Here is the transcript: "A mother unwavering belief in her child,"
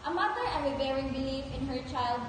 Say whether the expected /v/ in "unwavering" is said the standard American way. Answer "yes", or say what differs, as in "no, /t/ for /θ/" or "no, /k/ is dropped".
no, /b/ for /v/